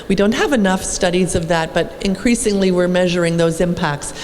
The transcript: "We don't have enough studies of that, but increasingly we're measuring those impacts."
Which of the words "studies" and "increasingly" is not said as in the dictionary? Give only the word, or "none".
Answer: none